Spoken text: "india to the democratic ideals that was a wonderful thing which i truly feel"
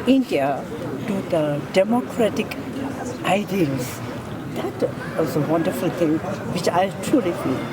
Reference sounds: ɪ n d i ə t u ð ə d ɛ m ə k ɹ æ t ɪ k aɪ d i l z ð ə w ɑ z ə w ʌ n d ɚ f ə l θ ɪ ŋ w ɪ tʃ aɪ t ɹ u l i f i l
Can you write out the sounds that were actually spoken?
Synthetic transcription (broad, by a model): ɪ n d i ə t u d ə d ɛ m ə k ɹ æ t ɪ k aɪ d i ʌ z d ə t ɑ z ə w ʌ n d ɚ f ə l t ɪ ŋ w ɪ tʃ aɪ t ɹ u l i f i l